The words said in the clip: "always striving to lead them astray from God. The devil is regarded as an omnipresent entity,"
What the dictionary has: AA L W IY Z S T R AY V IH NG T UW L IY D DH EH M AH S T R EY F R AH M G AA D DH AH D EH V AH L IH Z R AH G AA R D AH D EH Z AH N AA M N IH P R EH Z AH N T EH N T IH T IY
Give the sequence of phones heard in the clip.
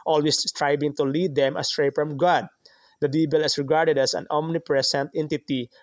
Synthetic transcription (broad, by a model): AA L W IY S S T R AY B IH NG T UW L IY D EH M AH S T R EY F R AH M G AA D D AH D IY B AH L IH S R AH G AA R D AH D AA S AH N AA M N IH P R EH S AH N T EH N T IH T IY